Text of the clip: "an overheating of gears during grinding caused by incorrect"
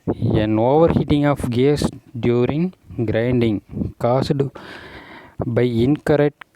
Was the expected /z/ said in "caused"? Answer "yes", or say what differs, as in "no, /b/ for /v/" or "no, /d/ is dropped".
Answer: no, /s/ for /z/